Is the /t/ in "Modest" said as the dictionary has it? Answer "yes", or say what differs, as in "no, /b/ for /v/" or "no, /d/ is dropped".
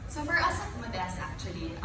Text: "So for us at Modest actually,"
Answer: no, /t/ is dropped